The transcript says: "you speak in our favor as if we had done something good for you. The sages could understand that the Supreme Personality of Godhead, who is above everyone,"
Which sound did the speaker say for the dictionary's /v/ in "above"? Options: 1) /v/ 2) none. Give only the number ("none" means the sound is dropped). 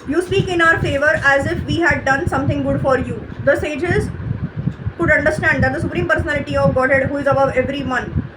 1